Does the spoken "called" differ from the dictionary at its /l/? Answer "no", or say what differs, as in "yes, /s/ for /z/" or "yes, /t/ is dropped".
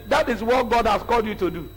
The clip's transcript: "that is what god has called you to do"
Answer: no